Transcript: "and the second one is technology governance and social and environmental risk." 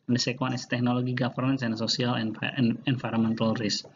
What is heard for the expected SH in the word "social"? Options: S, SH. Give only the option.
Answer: S